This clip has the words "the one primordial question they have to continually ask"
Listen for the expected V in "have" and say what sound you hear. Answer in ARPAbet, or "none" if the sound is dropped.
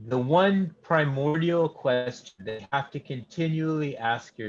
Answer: F